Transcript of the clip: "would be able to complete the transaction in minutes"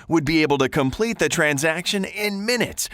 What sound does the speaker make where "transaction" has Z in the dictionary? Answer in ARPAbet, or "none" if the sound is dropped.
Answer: Z